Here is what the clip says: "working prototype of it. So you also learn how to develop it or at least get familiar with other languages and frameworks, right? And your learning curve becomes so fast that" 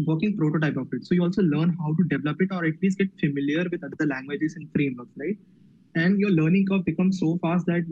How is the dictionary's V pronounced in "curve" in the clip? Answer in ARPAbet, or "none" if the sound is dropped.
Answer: P